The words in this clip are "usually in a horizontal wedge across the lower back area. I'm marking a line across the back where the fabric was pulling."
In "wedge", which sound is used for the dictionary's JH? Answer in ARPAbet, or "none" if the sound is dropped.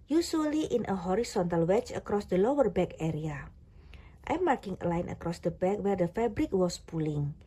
CH